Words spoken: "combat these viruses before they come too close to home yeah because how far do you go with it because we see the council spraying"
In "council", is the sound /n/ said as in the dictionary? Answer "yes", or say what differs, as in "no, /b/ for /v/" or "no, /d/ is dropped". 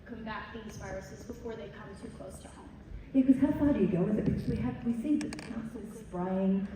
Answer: no, /n/ is dropped